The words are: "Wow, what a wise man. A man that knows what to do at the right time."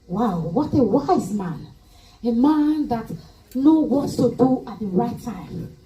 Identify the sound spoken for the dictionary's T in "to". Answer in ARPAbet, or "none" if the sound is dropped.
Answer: S